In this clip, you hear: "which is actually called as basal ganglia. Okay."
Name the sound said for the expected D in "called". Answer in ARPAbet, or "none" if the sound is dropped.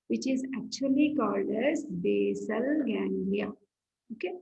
D